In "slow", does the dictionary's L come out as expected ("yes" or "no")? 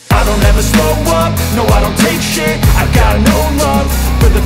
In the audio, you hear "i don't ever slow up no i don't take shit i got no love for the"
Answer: no